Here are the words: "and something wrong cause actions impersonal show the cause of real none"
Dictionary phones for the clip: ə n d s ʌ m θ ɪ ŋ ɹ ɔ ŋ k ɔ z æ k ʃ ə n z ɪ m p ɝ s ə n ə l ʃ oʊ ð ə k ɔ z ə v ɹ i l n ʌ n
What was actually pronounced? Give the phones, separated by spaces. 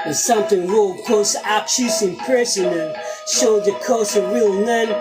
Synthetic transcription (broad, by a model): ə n s ʌ m θ ɪ ŋ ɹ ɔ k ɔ s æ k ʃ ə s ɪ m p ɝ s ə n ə n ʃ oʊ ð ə k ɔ s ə ɹ i l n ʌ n